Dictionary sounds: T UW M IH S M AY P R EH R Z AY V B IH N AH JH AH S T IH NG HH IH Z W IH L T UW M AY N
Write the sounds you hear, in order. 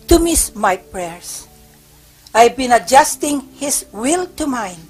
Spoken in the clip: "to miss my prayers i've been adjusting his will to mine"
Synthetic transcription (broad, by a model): T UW M IH S M AY P R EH R S AY V B IH N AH JH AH S T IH NG HH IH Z W IH L T UW M AY N